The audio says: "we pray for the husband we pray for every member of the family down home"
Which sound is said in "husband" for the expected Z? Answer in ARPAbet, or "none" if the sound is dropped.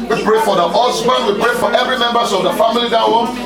S